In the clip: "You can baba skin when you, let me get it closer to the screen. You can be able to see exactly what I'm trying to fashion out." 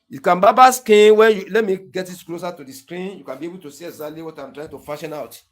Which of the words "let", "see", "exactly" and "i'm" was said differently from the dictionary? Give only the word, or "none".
exactly